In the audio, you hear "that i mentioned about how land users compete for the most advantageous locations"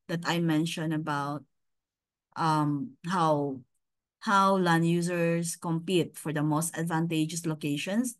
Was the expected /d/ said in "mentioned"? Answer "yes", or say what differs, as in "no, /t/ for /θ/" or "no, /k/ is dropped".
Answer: no, /d/ is dropped